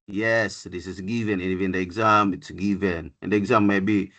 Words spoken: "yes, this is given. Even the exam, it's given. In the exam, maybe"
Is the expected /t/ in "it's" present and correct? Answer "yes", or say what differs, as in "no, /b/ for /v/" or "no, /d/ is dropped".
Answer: yes